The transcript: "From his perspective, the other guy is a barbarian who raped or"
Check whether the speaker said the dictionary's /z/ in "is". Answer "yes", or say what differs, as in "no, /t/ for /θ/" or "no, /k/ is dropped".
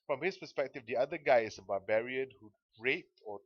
no, /s/ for /z/